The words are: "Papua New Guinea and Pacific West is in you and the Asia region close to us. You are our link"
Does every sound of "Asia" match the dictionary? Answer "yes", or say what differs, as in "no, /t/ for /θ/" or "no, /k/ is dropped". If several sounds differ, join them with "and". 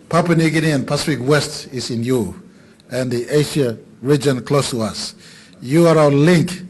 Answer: no, /ʃ/ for /ʒ/